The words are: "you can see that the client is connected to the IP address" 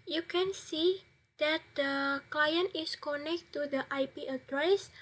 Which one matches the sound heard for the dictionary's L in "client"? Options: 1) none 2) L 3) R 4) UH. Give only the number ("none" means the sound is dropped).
2